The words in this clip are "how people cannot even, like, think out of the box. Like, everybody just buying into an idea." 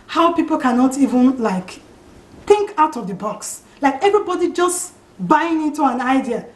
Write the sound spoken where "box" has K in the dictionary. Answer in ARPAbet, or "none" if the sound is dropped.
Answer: K